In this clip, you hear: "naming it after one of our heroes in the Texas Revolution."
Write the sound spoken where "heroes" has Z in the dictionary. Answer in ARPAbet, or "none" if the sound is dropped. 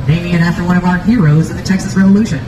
Z